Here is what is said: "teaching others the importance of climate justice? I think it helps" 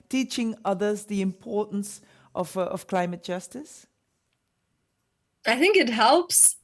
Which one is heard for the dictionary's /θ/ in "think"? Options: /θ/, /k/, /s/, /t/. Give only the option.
/θ/